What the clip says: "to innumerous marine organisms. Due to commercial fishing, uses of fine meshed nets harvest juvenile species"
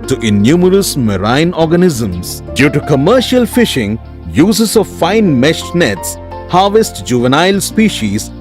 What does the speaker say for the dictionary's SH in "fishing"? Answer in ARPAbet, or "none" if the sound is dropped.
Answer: SH